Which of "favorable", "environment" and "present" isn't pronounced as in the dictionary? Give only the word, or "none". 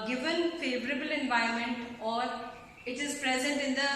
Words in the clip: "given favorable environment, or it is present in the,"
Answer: environment